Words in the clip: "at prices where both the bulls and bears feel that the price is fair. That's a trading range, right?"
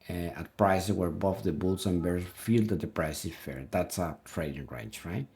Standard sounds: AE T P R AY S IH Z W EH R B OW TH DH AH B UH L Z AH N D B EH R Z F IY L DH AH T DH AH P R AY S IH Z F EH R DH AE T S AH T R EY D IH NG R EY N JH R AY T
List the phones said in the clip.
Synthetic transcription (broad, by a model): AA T P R AY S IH W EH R B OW F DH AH B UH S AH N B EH R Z F IY L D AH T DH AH P R AY S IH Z F EH R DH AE T S AH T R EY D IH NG R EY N CH R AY T